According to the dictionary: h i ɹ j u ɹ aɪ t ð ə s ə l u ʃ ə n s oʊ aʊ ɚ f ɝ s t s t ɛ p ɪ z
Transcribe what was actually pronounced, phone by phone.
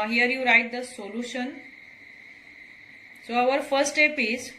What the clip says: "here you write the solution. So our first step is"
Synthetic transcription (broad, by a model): h i ɹ j u ɹ aɪ t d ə s ə l u ʃ ə n s oʊ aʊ ɚ f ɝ t s t ɛ p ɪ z